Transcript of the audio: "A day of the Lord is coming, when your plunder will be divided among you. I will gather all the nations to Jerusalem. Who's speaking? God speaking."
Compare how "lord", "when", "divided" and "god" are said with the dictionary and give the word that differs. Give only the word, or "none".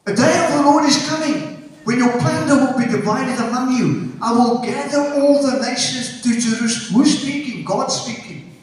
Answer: none